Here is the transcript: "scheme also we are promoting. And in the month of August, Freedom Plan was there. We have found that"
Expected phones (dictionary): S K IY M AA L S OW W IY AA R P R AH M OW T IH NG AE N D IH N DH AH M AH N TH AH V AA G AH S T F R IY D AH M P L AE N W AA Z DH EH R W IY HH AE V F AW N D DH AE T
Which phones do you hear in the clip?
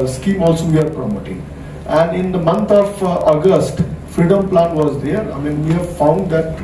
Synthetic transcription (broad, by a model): S K IY M AA L S OW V IY AA R P R AH M OW T IH NG AE N D IH N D AH M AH N T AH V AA G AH S T F R IY D AH M P L AE N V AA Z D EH R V IY HH AE V F AW N D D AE T